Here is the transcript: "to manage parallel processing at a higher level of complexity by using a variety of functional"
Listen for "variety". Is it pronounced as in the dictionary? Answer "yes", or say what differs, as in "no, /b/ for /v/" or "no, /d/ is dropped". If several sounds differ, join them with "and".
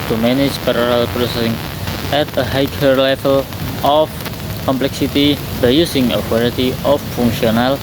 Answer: no, /w/ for /v/